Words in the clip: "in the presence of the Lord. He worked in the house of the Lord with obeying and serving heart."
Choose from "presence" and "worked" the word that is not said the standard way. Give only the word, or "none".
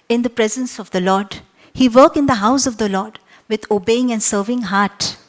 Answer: worked